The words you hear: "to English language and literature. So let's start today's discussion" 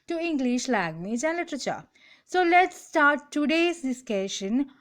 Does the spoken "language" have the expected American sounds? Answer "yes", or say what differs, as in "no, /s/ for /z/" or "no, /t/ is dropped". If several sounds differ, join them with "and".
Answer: no, /ŋ/ is dropped